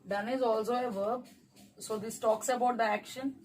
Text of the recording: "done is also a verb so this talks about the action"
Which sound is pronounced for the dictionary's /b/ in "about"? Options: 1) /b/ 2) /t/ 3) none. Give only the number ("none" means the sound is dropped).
1